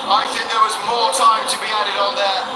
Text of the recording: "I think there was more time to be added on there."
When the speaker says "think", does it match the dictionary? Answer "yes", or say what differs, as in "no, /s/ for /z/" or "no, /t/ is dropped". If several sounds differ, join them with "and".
yes